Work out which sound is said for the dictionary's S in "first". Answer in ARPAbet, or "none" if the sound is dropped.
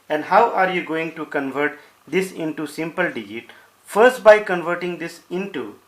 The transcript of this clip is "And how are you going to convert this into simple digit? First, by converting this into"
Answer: S